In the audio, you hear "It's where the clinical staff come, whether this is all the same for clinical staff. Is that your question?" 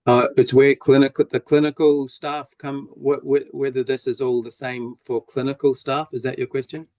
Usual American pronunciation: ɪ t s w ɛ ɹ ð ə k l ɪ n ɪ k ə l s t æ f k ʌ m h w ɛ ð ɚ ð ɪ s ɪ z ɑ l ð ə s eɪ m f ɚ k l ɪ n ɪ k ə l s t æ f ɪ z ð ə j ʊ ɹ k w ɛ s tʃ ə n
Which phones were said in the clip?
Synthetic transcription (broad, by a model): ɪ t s w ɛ l ð ə k l ɪ n ɪ k ə l s t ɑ f k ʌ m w w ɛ ð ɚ ð ɪ s ɪ z ɑ l ð ə s eɪ m f ɚ k l ɪ n ɪ k ə l s t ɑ f ɪ z ð ə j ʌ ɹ k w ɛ s tʃ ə n